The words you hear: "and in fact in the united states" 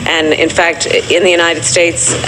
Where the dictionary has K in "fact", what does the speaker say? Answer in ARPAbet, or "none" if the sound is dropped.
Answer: K